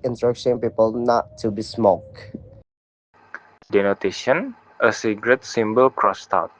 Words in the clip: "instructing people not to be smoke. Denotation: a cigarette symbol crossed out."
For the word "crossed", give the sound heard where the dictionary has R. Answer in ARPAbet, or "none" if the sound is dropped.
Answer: R